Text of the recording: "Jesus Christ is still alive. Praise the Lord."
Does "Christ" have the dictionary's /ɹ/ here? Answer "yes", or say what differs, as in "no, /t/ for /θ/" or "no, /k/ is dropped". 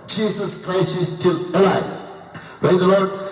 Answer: yes